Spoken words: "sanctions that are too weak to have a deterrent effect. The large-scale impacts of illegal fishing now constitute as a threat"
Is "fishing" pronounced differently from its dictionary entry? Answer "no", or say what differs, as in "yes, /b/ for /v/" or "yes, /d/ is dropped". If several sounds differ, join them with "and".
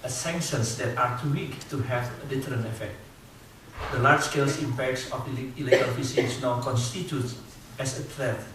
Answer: yes, /s/ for /ʃ/